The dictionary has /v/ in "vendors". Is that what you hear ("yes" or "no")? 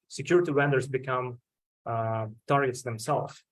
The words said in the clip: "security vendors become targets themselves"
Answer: no